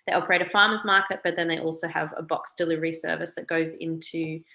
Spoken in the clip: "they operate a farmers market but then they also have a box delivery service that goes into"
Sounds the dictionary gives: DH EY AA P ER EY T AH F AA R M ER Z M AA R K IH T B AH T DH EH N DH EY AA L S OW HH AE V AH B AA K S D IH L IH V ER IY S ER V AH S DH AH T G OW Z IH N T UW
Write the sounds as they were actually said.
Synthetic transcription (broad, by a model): DH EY AA P ER EY T AH F AA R M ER Z M AA R K IH T B AH T DH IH N DH EY AA L S OW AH V AH B AA K S D IH L IH V ER IY S ER V AH S DH AH T G OW Z IH N T UW